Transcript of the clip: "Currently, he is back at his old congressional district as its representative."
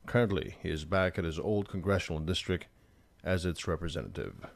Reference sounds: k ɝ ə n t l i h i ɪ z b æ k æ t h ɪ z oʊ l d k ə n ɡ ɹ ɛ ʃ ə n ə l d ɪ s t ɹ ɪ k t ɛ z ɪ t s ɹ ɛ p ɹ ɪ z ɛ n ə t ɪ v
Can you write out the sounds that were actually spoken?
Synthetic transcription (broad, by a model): k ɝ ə n t l i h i ɪ z b æ k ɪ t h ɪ z oʊ l d k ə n ɡ ɹ ɛ ʃ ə n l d ɪ s t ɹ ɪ k t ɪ z ɪ t s ɹ ɛ p ɹ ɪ z ɛ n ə t ɪ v